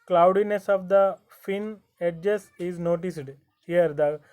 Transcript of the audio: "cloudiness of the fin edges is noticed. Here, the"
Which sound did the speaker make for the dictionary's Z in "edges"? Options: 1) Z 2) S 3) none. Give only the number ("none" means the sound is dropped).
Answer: 2